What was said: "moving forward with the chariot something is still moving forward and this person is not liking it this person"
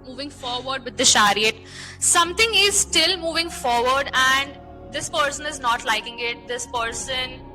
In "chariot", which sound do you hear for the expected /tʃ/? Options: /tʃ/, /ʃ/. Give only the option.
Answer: /ʃ/